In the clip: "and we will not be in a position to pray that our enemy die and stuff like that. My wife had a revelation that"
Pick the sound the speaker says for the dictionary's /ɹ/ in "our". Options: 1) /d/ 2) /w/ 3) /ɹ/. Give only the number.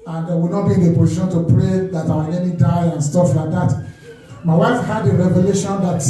2